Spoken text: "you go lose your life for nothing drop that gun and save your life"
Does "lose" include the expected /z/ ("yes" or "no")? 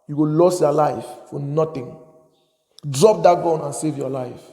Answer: no